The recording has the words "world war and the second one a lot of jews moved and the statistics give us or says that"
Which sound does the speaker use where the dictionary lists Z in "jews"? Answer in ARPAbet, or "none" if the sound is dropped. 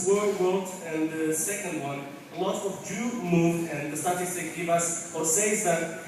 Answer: none